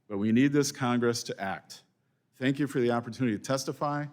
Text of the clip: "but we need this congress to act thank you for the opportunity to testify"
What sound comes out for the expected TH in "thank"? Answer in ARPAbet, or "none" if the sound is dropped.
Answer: TH